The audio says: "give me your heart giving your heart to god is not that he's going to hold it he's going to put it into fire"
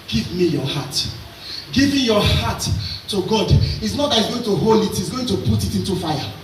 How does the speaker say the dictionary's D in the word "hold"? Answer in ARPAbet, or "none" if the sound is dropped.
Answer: none